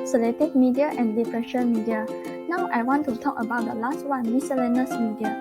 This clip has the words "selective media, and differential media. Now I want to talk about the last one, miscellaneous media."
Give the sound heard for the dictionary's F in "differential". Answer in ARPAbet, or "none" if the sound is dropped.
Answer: P